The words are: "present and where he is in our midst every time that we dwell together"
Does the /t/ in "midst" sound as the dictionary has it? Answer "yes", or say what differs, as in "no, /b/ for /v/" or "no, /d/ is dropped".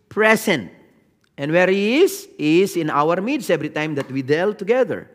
no, /t/ is dropped